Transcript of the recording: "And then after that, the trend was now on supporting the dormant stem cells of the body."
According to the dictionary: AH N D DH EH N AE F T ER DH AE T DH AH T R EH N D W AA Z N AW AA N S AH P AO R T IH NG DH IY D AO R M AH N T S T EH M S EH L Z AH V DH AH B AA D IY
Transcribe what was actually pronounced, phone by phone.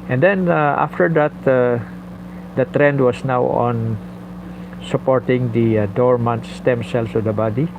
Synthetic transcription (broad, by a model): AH N D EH N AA F T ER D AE T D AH T R EH N D W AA S N AW AA N S AH P AO R T IH NG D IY D AO R M AH N T S T EH M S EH L S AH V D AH B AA D IY